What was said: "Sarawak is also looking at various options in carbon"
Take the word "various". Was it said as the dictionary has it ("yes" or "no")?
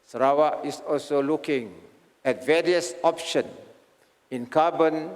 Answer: yes